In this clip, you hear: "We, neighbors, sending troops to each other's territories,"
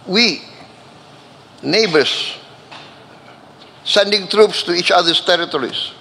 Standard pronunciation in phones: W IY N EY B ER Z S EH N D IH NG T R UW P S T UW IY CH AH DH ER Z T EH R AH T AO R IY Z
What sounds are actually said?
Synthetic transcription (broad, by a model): W IY N EY B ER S S EH N D IH NG T R UW P S T UW IY CH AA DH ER S T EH R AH T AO R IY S